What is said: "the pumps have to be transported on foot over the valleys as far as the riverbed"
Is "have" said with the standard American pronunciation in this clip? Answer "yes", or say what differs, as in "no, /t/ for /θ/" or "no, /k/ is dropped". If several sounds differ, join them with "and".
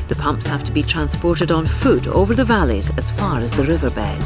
no, /f/ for /v/